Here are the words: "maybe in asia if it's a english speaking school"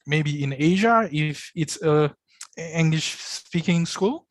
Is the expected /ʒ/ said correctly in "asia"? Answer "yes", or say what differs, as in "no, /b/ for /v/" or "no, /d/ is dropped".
yes